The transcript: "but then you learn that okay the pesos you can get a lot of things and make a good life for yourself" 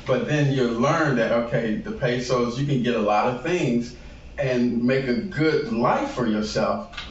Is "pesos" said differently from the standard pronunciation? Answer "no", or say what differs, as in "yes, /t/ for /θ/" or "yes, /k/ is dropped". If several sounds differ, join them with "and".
no